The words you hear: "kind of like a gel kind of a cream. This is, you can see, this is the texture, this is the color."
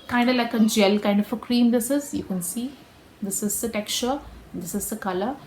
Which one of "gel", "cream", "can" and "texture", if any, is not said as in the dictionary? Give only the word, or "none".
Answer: texture